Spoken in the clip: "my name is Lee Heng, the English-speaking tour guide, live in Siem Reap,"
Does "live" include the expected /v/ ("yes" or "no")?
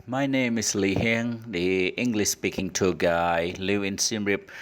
no